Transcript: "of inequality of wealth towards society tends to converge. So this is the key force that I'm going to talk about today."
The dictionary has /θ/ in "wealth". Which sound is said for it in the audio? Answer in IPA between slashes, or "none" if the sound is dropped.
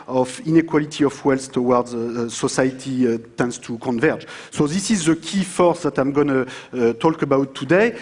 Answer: /s/